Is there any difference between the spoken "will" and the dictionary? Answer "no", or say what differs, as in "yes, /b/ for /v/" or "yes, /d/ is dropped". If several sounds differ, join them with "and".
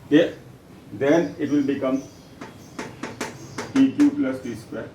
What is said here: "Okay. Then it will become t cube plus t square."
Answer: no